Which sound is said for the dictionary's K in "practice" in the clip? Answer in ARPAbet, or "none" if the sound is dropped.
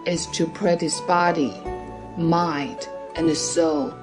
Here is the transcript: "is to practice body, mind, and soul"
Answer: none